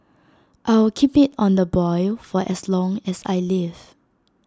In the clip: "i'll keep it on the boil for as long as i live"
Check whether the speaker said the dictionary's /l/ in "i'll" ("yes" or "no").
no